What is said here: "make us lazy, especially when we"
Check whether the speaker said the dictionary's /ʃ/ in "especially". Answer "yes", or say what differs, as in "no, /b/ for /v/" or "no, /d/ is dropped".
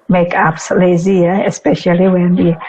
yes